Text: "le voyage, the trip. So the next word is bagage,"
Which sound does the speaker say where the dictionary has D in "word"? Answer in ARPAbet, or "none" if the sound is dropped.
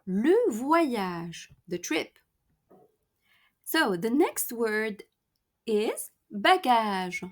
D